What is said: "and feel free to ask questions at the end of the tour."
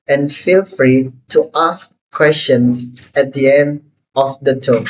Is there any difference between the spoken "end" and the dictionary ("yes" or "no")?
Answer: no